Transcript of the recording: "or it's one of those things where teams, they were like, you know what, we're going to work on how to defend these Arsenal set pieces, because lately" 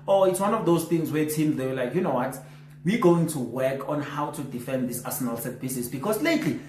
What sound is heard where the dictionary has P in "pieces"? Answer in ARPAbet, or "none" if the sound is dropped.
B